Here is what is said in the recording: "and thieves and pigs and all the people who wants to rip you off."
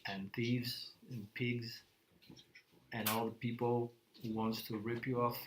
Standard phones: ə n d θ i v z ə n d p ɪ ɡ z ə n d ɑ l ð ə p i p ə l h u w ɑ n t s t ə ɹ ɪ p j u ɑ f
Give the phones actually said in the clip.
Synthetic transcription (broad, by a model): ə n θ i v z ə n p ɪ ɡ z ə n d ɑ l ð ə p i p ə l h u w ɑ n t s t ə ɹ ɪ p j u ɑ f